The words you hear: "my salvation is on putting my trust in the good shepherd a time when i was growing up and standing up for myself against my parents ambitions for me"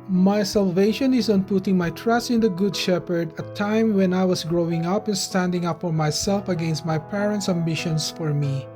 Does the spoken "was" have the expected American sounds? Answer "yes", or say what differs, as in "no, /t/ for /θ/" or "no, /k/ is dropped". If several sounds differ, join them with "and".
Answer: no, /s/ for /z/